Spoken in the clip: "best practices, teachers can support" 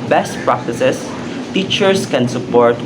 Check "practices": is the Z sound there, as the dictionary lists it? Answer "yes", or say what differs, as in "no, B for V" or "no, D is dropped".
no, S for Z